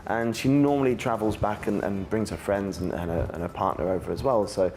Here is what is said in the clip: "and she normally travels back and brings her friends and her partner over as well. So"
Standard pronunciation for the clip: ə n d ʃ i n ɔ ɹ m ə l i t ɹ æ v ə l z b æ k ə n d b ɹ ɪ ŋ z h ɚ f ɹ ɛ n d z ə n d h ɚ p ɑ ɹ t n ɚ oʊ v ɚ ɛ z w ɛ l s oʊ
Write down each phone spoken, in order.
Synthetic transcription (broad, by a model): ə n ʃ i n ɔ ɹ m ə l i t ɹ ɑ v ə l z b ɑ k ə n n b ɹ ɪ ŋ z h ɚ f ɹ ɛ n d z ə n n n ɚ p ɑ t n ɚ oʊ v ɚ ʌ z w ɛ l s oʊ